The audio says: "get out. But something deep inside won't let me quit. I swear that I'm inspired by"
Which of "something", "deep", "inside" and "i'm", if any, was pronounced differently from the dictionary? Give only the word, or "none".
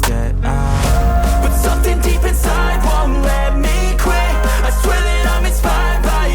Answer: none